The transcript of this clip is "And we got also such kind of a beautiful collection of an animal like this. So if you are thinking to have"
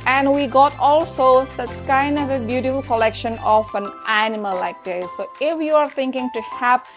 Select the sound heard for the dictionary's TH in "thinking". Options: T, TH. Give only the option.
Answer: T